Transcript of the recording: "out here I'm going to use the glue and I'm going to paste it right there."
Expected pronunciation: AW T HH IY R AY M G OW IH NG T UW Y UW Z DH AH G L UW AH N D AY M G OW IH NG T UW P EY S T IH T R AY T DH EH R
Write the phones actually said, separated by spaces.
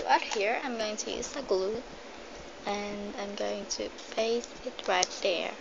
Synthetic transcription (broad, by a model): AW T HH IY R AY M G OW IH NG T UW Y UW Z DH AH G L UW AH N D AY M G OW IH NG T UW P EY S IH T R AY T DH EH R